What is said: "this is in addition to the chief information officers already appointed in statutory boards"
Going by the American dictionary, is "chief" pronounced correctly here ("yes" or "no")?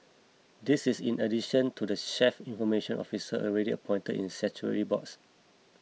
no